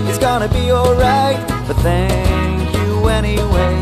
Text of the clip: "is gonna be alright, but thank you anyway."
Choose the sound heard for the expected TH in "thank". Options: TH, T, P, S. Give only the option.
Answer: TH